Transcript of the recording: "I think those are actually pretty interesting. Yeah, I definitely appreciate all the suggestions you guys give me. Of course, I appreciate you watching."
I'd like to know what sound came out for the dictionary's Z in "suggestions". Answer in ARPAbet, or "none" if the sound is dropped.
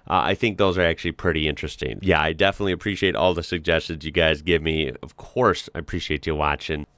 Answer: Z